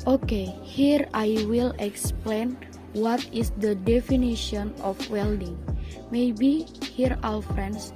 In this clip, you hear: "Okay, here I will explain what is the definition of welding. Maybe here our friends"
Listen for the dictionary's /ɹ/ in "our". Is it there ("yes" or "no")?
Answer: no